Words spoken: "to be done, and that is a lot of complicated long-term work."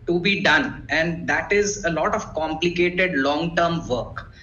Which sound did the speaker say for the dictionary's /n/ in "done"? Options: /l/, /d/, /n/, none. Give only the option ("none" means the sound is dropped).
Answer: /n/